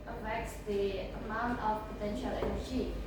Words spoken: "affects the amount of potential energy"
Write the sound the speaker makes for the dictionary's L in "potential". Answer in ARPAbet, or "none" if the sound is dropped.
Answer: L